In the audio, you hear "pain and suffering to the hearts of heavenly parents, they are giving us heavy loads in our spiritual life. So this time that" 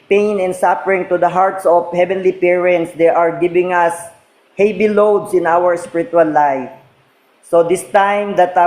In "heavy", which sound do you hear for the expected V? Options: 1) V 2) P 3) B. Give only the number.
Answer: 3